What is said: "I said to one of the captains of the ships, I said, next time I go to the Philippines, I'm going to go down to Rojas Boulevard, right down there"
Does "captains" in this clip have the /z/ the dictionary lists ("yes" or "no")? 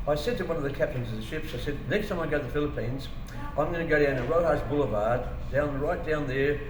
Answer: yes